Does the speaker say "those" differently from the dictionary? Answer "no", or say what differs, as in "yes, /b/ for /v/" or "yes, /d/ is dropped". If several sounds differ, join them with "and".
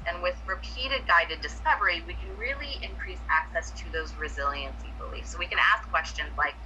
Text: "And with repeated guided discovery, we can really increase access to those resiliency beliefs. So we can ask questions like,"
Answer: no